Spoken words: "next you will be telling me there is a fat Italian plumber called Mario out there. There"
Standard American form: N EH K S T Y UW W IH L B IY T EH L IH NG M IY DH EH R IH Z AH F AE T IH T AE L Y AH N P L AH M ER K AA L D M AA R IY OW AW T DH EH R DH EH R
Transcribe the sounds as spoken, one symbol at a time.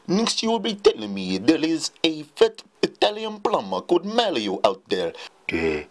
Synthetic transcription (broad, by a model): N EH K S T Y UW W IH L B IY T EH L IH NG M IY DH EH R IH Z AH F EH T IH T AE L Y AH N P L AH M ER K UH D M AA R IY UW AW T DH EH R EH